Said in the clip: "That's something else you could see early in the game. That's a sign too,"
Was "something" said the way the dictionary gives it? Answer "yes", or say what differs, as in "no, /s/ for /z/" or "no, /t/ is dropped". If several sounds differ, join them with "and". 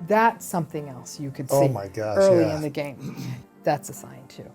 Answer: yes